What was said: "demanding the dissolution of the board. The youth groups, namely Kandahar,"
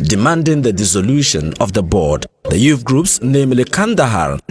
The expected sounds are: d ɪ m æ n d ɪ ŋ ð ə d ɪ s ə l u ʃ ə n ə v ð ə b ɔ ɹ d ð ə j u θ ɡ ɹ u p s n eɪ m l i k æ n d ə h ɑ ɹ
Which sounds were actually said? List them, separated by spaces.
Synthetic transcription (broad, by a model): d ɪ m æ n d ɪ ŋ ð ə d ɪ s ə l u ʃ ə n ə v ð ə b ɔ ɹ d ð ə j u f ɡ ɹ u p s n eɪ m l i k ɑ n d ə h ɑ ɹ